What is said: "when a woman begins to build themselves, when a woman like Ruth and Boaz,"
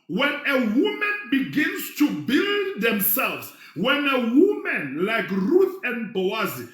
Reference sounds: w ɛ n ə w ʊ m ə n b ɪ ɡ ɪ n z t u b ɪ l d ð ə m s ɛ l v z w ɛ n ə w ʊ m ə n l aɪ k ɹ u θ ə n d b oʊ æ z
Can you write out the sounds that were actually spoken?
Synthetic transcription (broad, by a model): w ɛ n ə w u m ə n b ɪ ɡ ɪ n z t u b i l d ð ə m s ɛ l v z w ɛ n ə w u m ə n l aɪ k ɹ u θ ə n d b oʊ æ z